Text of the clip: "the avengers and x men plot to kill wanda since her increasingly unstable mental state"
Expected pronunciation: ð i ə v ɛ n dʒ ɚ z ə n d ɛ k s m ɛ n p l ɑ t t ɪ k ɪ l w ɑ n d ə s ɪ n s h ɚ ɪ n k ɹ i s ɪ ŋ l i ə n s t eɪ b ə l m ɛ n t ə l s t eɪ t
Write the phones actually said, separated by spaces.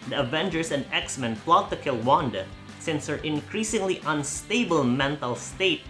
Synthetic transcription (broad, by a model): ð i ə v ɛ n dʒ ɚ s ə n d ɛ k s m ɛ n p l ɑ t t ɪ k ɪ l w ɑ n d ə s ɪ n s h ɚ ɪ n k ɹ i s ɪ ŋ l i ə n s t eɪ b ə l m ɛ n t ə l s t eɪ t